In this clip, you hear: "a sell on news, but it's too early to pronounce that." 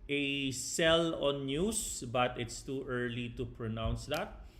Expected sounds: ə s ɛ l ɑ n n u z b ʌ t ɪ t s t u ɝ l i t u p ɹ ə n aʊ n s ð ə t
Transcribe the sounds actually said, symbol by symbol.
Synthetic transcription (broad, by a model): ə s ɛ l ɑ n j u s b ʌ t ɪ t s t u ɝ l i t u p ɹ ə n aʊ n s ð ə t